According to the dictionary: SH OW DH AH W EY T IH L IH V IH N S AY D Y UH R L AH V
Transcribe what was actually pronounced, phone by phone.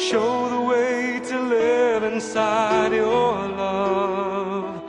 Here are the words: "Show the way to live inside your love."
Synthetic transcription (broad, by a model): SH OW DH AH W EY T IH L IH V IH N S AY D Y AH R L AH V